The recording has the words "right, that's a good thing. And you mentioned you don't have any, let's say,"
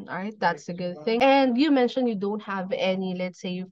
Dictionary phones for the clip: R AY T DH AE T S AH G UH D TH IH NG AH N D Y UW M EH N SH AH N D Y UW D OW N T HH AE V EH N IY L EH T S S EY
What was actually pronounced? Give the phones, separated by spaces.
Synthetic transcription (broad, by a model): R AY T DH AE T S AH G UH D TH IH NG AH N D Y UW M EH N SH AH N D Y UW D OW N T HH AE V EH N IY L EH T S S EY